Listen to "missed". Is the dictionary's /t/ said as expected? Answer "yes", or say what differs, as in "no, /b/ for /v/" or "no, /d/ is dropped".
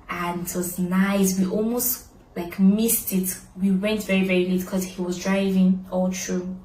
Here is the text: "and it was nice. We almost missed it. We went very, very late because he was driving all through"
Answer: yes